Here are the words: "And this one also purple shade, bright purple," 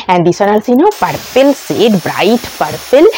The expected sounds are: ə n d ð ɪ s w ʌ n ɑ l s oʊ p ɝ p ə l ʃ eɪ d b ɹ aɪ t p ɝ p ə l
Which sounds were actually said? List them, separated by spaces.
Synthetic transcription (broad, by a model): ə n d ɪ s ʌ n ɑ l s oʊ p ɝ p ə l s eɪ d b ɹ aɪ t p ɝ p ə l